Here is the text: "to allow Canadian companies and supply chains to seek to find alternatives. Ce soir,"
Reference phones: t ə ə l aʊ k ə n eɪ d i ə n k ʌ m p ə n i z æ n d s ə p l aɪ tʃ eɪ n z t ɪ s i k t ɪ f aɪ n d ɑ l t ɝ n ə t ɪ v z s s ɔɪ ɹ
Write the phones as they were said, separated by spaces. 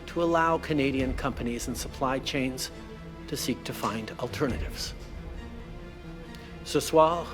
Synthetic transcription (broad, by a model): t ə ə l aʊ k ə n eɪ d i ə n k ʌ m p ə n i z n s ə p l aɪ tʃ eɪ n z t ɪ s i k t ɪ f aɪ n d l t ɝ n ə t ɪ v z s s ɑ